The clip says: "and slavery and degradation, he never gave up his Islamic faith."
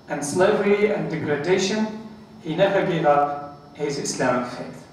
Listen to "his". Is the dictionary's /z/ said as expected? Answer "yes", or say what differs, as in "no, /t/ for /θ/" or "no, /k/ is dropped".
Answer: yes